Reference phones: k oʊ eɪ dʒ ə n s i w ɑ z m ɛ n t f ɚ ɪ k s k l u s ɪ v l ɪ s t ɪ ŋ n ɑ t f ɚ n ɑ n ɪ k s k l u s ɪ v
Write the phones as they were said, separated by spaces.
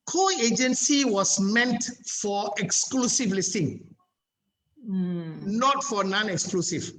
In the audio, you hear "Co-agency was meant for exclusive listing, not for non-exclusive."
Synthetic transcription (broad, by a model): k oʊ eɪ dʒ ə n s i w ɑ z m ɛ n t f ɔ ɪ k s k l u s ɪ v l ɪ s t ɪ ŋ n ɑ t f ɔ n ɑ n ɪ k s k l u s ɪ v